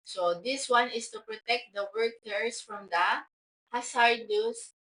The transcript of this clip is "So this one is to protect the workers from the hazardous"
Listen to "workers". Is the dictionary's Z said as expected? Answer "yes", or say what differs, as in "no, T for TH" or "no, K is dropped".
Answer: no, S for Z